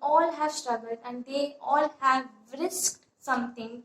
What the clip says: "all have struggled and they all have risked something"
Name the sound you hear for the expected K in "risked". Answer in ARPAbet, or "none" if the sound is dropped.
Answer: K